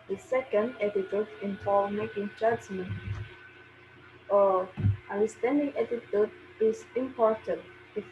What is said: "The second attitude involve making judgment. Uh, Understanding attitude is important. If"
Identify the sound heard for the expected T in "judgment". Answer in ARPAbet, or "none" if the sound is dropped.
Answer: none